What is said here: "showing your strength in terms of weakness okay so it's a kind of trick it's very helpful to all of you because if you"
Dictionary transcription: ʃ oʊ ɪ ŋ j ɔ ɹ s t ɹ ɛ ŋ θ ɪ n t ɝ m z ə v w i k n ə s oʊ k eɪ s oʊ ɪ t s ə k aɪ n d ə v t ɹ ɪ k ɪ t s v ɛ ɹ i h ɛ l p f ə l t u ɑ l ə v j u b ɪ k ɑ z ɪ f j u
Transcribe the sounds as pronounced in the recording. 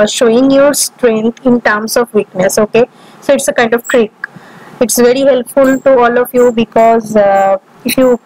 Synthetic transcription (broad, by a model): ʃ oʊ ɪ ŋ j ɔ ɹ s t ɹ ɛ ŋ t ɪ n t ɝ m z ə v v i k n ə s oʊ k eɪ s oʊ ɪ t s ə k aɪ n d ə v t ɹ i k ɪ t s v ɛ ɹ i h ɛ l p f ə l t u ɑ l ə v j u b ɪ k ɑ z ɪ f j u